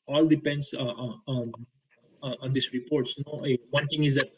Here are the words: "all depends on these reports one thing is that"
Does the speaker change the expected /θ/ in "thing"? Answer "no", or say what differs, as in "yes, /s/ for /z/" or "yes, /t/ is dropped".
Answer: yes, /t/ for /θ/